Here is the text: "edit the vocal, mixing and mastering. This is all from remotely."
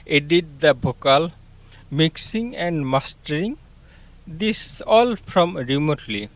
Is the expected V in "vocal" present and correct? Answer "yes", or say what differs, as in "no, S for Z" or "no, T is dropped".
no, B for V